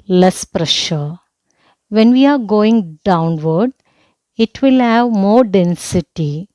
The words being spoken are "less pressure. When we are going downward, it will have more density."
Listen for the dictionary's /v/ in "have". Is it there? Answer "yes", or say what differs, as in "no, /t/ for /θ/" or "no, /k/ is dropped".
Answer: yes